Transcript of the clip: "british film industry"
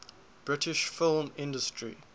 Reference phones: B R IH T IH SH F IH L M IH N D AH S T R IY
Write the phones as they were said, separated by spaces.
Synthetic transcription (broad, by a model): B R IH T IH SH F IH L M IH N D AH S T R IY